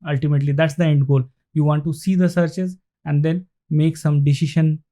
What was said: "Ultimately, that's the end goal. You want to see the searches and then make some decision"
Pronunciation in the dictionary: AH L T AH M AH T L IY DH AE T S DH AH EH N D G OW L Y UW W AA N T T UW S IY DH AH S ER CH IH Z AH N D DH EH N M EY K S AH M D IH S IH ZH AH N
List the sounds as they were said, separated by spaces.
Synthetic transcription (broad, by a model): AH L T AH M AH T L IY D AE T S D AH EH N D G OW L Y UW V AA N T T UW S IY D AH S ER CH IH Z AH N D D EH N M EY K S AH M D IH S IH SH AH N